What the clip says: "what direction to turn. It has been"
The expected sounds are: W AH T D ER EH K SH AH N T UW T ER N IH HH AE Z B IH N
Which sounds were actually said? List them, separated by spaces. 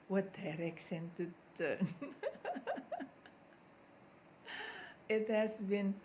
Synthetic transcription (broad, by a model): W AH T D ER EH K S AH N T UW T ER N IH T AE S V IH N